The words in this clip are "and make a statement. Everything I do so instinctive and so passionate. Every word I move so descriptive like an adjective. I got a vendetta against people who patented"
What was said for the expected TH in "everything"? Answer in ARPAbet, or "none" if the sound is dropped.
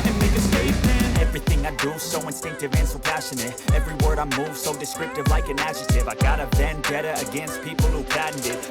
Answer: TH